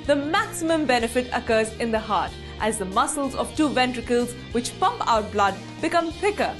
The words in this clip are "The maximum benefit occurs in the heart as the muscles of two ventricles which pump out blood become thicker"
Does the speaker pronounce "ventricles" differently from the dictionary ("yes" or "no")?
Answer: no